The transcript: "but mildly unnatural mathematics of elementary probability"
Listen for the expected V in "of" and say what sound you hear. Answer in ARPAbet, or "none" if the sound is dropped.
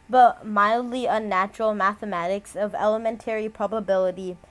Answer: V